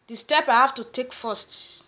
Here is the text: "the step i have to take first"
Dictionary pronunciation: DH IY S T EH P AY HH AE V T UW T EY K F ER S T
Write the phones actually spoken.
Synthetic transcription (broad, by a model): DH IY S T EH P AY HH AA F T UW T EY K F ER S T